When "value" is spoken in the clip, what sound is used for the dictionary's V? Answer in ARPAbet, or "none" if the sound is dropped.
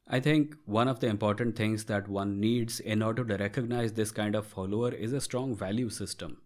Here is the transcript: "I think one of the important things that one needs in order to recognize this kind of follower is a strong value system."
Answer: V